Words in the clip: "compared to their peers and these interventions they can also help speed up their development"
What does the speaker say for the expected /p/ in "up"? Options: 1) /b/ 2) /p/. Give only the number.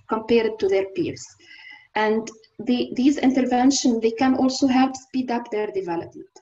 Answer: 2